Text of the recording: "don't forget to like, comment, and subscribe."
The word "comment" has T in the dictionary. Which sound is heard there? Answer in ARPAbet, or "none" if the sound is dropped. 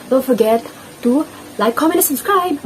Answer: none